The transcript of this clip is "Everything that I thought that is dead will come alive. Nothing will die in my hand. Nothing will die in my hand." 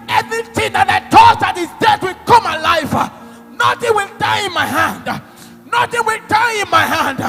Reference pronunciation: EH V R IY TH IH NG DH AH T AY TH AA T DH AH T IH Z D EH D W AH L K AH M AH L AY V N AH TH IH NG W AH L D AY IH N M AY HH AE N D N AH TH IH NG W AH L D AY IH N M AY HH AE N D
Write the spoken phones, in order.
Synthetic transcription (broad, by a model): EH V R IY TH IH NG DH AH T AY T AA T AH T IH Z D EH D W AH L K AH M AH L AY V N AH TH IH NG W AH L D AY IH N M AY HH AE N D N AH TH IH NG W AH L D AY IH N M AY HH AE N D